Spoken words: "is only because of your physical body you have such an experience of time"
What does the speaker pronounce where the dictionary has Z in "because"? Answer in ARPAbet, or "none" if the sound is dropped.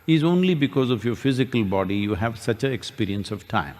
Z